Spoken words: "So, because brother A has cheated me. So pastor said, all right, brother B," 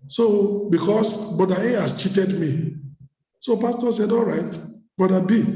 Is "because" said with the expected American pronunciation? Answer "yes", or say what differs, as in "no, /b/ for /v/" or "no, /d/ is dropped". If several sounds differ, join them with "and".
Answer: no, /s/ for /z/